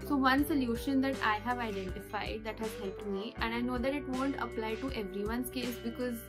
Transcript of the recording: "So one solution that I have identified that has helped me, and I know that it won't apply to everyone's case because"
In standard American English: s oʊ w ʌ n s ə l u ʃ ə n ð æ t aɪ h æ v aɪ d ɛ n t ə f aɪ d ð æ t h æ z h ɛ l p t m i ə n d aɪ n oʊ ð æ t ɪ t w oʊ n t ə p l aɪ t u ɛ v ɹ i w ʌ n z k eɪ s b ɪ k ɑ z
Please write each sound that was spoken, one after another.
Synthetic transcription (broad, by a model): s oʊ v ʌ n s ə l u ʃ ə n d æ t aɪ h æ v aɪ d ɛ n t ə f aɪ d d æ t h æ z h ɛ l t m i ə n aɪ n oʊ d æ t ɪ t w oʊ n t ə p l aɪ t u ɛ v ɹ i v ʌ n s k eɪ s b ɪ k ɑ z